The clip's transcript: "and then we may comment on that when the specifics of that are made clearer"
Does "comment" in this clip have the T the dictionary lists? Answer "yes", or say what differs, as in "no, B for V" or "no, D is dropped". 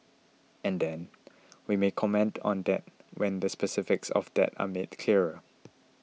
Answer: yes